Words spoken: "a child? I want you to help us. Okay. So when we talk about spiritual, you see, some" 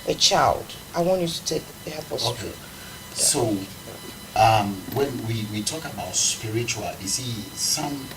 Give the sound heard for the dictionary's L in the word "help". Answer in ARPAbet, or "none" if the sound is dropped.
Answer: none